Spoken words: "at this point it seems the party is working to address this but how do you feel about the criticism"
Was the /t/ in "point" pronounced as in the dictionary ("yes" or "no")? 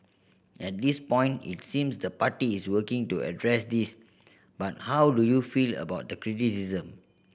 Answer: yes